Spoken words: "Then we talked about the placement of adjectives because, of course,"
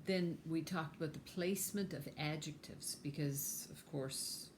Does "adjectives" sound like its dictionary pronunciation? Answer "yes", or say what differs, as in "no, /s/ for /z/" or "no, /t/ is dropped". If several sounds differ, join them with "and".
yes